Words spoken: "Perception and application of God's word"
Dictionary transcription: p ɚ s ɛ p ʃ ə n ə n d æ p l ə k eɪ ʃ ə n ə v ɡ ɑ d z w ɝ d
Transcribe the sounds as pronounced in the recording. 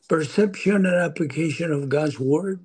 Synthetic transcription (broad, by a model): p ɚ s ɛ p ʃ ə n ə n æ p l ə k eɪ ʃ ə n ə v ɡ ɑ d z w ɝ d